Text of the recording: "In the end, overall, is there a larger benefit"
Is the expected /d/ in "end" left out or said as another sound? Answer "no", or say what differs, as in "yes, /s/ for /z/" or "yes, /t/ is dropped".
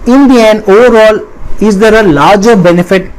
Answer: yes, /d/ is dropped